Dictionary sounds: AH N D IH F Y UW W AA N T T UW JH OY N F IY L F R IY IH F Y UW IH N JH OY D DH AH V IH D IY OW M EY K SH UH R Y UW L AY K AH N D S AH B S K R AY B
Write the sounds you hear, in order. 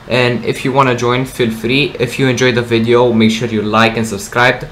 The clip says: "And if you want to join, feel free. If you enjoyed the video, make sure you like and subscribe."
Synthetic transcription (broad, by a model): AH N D IH F Y UW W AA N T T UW JH OY N F IY L F R IY IH F Y UW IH N JH OY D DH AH V IH D IY OW M EY K SH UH R Y UW L AY K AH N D S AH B S K R AY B